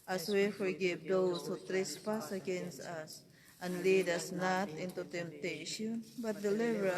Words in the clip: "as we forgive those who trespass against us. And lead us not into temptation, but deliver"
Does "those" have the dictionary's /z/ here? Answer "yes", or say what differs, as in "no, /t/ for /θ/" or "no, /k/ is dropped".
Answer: no, /s/ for /z/